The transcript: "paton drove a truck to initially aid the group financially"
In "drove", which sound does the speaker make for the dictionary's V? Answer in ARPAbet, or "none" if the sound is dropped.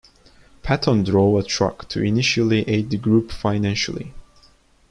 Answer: none